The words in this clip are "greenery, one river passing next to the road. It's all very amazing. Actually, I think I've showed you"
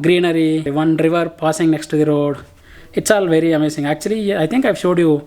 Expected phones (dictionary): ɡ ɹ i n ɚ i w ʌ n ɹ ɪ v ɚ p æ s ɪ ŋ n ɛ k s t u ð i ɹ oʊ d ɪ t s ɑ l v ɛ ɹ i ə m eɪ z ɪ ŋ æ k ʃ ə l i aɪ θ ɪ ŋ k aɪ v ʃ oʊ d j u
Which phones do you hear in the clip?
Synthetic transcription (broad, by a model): ɡ ɹ i n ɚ i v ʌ n ɹ ɪ v ɚ p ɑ s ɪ ŋ n ɛ k s t u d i ɹ oʊ d ɪ t s ɑ l v ɛ ɹ i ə m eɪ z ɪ ŋ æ k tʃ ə l i aɪ t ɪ ŋ k aɪ v ʃ oʊ d j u